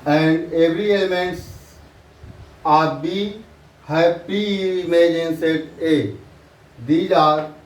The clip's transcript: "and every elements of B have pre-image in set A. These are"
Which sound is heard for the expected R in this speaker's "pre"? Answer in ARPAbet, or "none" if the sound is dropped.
none